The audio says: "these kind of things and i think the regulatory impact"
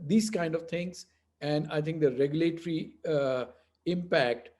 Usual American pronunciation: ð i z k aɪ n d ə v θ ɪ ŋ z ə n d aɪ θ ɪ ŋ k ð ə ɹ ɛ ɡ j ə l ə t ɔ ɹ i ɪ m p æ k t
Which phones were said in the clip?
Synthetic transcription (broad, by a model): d i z k aɪ n d ə v t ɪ ŋ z ə n d aɪ t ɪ ŋ k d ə ɹ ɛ ɡ j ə l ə t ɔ ɹ i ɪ m p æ k t